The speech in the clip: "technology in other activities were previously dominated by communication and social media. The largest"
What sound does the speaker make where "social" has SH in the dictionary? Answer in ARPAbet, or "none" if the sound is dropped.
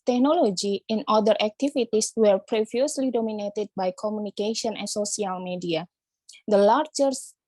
S